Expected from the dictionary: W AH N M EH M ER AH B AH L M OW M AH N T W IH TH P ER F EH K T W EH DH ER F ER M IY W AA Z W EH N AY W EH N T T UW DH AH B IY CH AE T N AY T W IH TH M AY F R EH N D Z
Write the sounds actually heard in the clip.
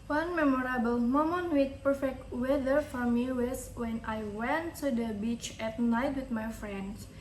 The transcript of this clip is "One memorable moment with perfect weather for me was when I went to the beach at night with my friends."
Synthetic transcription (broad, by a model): W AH N M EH M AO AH B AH L M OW M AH N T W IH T P ER F EH K T W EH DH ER F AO M IY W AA S W EH N AY W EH N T T UW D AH B IY CH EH T N AY T W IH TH M AY F R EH N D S